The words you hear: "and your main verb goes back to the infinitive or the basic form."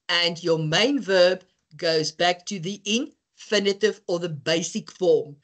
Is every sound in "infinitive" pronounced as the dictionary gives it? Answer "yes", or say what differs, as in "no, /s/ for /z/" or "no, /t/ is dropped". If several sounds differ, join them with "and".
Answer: yes